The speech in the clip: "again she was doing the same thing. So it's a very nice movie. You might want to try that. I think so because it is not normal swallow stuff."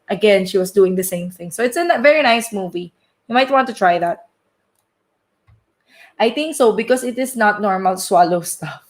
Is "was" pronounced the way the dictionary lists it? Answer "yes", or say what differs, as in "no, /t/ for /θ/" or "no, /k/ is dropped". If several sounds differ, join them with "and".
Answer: no, /s/ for /z/